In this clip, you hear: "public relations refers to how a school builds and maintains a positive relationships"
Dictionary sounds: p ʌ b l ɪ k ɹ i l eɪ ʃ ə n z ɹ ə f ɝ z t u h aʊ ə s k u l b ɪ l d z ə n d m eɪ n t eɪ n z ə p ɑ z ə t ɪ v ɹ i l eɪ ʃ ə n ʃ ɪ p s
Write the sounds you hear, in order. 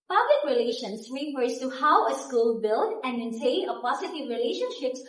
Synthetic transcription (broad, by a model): p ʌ b l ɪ k ɹ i l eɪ ʃ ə n s ɹ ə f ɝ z t u h aʊ ə s k u l b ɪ l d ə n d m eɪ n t eɪ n ə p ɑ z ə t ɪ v ɹ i l eɪ ʃ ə n ʃ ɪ p s